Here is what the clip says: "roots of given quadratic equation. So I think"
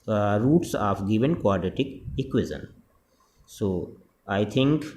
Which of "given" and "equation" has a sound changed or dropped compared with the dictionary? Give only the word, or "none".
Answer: equation